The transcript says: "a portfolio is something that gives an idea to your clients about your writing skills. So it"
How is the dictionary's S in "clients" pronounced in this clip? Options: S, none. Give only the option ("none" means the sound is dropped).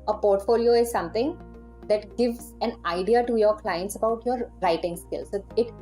S